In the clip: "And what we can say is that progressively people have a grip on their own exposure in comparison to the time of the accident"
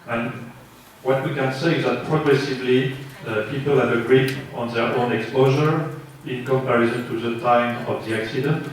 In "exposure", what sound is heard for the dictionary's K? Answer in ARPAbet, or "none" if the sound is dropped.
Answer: K